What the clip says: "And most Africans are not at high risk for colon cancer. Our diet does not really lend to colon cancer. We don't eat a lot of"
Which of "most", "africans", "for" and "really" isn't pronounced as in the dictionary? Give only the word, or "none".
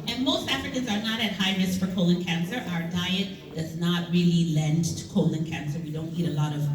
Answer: none